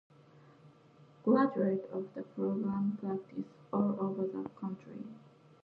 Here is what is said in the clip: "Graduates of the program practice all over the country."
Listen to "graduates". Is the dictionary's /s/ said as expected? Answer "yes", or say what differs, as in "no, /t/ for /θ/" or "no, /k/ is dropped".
no, /s/ is dropped